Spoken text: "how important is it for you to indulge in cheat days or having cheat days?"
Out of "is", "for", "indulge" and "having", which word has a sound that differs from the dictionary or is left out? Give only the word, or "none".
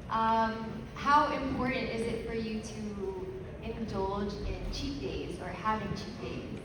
none